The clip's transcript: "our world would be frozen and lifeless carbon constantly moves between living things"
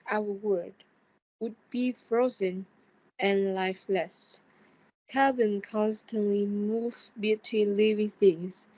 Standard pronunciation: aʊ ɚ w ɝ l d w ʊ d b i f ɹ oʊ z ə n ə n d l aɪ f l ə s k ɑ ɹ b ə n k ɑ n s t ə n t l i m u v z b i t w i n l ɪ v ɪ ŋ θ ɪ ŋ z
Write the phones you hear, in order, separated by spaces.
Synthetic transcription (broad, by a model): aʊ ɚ w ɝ d w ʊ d b i f ɹ oʊ z ə n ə n l aɪ f l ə s k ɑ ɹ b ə n k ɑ n s t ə n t l i m u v b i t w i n l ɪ v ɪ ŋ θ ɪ ŋ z